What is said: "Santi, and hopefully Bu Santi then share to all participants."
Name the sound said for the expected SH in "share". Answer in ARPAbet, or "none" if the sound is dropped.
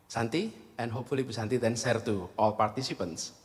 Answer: S